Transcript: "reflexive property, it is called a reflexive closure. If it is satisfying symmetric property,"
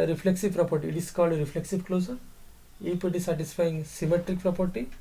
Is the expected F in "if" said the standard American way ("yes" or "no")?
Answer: no